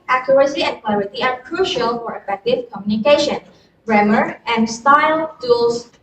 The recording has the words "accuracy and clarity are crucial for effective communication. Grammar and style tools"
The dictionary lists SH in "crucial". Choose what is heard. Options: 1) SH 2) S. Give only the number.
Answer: 1